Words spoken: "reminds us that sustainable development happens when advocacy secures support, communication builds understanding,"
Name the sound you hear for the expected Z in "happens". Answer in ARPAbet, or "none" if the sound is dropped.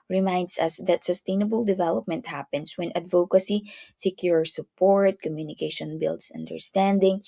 S